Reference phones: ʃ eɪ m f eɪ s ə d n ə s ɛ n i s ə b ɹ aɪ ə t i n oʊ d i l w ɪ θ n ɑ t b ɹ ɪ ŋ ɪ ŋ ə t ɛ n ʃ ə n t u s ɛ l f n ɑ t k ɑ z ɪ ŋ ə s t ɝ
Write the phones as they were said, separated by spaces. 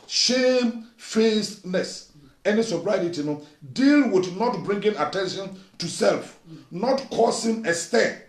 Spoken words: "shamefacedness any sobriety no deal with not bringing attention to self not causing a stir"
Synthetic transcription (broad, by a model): ʃ eɪ m f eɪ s n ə s ɛ n i s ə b ɹ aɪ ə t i n oʊ d i l w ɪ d n ɑ t b ɹ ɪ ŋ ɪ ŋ ə t ɛ n ʃ ə n t u s ɛ l f n ɑ t k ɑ s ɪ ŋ ə s t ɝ